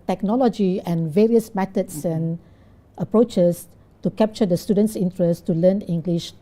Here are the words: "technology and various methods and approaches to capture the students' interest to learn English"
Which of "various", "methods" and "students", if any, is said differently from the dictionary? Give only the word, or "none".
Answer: methods